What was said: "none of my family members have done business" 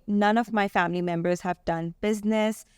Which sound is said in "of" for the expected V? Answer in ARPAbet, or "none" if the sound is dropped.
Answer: V